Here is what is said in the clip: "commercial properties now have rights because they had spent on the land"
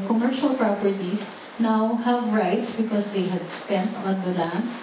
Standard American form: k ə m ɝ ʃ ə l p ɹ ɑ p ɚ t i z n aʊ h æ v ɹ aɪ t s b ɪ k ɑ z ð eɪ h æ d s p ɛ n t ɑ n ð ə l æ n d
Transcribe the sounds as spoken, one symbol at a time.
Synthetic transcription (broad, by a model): k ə m ɝ ʃ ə l p ɹ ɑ p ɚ t i s n aʊ h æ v ɹ aɪ t s b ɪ k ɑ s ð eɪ h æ d s p ɛ n t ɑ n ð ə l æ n